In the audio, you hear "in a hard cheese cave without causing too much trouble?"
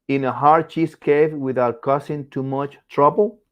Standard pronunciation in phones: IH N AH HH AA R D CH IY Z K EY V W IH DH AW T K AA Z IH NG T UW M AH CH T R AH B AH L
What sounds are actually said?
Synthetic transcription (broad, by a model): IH N AH HH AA R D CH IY S K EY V W IH DH AW T K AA S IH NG T UW M AH CH T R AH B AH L